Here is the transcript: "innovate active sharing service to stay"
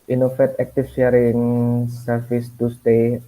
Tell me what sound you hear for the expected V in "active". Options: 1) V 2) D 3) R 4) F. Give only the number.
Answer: 4